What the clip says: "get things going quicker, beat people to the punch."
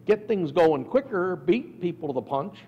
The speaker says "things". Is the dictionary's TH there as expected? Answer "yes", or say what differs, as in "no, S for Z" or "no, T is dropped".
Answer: yes